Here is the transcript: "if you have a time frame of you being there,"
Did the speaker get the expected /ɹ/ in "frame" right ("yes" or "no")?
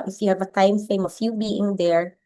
no